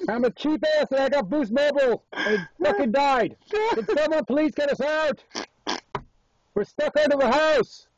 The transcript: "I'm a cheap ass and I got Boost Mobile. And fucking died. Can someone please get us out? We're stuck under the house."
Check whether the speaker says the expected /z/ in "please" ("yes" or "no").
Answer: yes